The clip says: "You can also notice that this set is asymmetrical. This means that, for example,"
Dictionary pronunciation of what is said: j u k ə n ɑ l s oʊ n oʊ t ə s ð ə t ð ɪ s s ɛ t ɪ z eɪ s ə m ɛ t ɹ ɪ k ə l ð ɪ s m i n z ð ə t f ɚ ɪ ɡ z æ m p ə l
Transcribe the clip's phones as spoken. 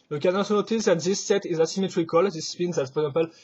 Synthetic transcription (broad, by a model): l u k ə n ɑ s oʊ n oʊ t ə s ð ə t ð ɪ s s ɛ t ɪ z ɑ s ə m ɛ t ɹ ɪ k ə l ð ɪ s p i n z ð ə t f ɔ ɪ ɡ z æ p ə l